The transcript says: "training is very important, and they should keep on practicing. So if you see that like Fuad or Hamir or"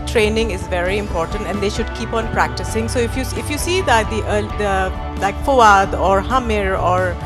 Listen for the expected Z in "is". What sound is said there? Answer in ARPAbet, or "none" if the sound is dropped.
Z